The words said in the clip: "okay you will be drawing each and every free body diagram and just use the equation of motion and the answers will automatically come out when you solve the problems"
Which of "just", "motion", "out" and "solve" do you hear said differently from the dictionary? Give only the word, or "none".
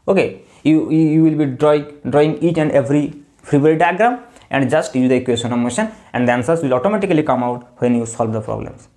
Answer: none